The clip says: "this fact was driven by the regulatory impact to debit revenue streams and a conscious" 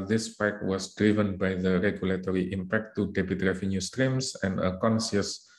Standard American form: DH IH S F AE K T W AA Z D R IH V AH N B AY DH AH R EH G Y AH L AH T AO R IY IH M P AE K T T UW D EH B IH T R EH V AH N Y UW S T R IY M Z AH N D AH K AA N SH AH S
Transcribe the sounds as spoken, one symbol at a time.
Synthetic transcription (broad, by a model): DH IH S P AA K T W AA S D R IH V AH N B AY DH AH R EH G Y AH L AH T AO R IY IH M P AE K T T UW D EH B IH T R EH V AH N Y UW S T R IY M S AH N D AH K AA N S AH S